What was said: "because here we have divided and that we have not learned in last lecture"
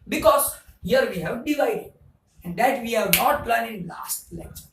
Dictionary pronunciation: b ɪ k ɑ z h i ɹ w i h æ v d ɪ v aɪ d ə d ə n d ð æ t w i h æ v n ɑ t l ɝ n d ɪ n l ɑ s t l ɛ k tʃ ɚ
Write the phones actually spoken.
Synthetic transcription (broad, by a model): b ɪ k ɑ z h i ɹ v i h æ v d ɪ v aɪ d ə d ə n d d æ t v i h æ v n ɑ t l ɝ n ɪ n l ɑ s t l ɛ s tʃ